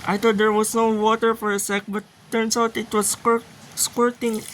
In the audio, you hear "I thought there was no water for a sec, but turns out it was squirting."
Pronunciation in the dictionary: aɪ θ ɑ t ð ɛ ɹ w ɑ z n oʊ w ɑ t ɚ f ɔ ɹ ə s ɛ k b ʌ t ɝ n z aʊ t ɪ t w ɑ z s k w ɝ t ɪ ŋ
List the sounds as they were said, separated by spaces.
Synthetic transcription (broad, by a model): aɪ t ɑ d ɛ ɹ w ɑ s n oʊ w ɑ t ɚ f ɔ ɹ ə s ɛ k b ʌ t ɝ n s aʊ t ɪ t w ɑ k s k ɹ t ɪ ŋ